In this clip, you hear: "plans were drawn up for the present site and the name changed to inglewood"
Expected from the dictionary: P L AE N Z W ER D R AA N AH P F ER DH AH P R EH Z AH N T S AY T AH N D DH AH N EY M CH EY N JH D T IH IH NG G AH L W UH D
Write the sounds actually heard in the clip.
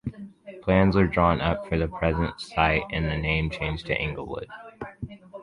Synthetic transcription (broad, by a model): P L AE N Z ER D R AA N AH P F ER DH AH P R EH Z AH N T S AY T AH N DH AH N EY M CH EY N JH T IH IH NG G L W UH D